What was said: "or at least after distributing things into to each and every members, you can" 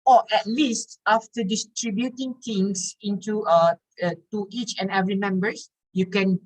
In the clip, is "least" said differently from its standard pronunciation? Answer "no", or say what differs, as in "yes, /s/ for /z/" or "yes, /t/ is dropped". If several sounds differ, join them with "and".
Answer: no